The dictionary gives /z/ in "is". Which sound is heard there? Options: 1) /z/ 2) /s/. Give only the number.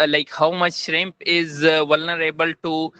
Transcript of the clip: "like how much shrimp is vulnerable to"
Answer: 1